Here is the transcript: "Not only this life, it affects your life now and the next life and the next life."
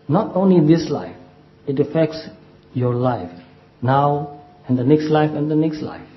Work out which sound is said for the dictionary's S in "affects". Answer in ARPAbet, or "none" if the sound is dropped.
S